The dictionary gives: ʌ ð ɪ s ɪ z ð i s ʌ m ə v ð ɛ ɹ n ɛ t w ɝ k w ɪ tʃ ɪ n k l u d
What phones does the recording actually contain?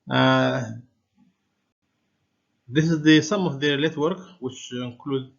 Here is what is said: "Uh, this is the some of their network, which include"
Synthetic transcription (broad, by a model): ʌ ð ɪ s ɪ z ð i s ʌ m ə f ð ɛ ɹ l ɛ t w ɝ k w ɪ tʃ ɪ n k l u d